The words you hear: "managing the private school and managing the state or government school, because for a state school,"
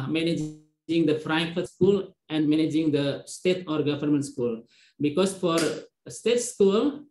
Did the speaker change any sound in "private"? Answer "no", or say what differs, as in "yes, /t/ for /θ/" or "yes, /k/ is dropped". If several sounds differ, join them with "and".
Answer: yes, /f/ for /p/ and /f/ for /v/